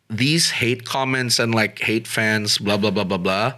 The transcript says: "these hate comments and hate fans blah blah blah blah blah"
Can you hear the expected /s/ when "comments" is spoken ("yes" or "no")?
yes